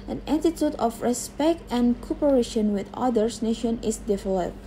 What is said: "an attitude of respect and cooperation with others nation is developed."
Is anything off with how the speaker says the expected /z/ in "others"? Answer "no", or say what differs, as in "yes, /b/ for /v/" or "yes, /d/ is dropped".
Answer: yes, /s/ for /z/